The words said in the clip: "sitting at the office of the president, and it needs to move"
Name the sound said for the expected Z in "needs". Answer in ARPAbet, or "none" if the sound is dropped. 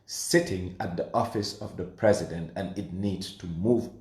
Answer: none